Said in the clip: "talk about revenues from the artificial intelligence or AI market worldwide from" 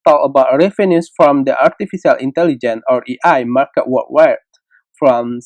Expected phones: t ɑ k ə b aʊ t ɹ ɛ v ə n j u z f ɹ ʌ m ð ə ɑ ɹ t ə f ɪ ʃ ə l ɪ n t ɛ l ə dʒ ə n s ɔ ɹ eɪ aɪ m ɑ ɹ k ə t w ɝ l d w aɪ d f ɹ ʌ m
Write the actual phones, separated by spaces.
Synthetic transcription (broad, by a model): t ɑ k ə b aʊ t ɹ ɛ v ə n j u s f ɹ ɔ m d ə ɑ ɹ t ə f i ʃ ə l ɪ n t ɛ l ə dʒ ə n ɔ ɹ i aɪ m ɑ ɹ k ə t w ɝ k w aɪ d f ɹ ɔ m